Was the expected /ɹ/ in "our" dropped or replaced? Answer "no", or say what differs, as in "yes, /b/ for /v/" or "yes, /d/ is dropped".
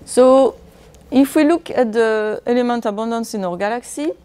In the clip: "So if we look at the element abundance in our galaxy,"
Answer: no